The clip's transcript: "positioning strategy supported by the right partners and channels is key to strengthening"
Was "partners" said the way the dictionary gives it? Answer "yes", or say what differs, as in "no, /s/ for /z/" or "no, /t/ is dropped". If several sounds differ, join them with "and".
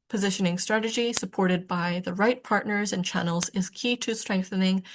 yes